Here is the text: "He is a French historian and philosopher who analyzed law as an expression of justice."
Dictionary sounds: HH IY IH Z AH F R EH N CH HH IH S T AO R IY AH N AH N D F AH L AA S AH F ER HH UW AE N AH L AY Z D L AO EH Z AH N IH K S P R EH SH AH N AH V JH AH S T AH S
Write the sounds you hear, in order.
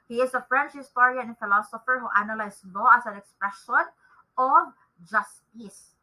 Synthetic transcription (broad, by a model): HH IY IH S AH F R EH N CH HH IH S T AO R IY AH AH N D F AH L AA S AH F ER HH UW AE N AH L AY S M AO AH S AH N IH K S P R EH SH AH N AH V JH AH S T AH S